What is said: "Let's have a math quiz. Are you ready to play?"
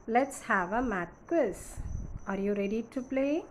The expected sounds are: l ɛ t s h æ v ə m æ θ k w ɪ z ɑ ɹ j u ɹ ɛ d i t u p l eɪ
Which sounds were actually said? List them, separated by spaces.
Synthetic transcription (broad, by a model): l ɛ t s h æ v ə m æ t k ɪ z ɑ ɹ j u ɹ ɛ d i t u p l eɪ